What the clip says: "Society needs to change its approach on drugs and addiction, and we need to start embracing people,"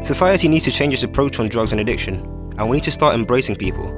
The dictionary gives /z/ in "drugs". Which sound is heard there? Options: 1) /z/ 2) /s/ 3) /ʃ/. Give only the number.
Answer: 1